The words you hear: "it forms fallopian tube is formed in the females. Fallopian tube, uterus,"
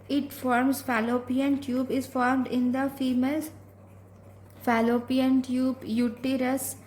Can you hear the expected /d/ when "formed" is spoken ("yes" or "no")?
yes